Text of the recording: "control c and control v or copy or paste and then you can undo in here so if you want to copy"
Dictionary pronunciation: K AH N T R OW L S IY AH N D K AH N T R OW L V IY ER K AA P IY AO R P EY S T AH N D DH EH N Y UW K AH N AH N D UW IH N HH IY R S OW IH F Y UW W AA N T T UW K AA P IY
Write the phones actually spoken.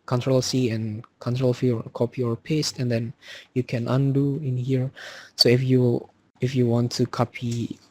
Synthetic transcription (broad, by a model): K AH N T R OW L S IY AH N K AH N T R OW L F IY K AA P IY AO R P EY S T AH N D EH N Y UW K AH N AH N D UW IH N HH IY R S OW IH F Y UW W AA N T T UW K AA P IY